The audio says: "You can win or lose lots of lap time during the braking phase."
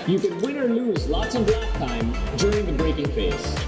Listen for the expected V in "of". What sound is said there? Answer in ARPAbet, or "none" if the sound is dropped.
B